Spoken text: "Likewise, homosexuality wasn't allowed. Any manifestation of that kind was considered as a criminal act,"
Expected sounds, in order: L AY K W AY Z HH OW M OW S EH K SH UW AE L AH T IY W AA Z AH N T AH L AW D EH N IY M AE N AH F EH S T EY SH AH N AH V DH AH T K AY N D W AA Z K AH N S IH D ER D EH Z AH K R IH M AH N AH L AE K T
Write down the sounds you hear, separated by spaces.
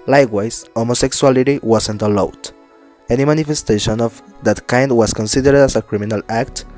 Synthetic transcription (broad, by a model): L AY K W AY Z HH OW M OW S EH K S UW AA L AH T IY W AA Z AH N T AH L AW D EH N IY M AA N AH F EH S T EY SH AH N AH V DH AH T K AY N D W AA S K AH N S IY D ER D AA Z AH K R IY M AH N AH L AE K T